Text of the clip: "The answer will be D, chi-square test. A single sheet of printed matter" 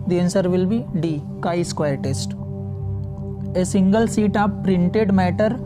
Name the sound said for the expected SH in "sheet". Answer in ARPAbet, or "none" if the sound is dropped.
S